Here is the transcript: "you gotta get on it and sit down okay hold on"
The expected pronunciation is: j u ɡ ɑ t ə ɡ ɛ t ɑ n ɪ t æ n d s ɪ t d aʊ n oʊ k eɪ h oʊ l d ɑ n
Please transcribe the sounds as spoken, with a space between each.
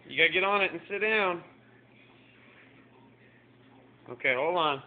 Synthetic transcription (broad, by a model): j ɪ ɡ ɑ t ə ɡ ɛ t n ɪ t n s ɪ t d aʊ n oʊ k eɪ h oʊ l ɑ n